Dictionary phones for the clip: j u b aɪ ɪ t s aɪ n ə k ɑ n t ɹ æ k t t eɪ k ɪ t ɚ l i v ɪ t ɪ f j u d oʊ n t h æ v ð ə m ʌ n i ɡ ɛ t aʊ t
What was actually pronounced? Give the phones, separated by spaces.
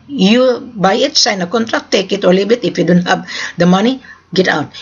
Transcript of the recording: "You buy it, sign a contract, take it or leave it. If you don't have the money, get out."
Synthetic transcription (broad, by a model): j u b aɪ ɪ t s aɪ n ə k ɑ n t ɹ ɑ k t t eɪ k ɪ t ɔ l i b ɪ t ɪ f j u d oʊ n t h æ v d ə m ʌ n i ɡ ɛ t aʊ t